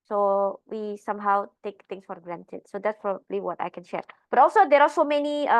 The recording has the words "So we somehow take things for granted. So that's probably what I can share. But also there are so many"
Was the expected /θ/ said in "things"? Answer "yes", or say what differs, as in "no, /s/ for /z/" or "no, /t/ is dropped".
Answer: no, /t/ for /θ/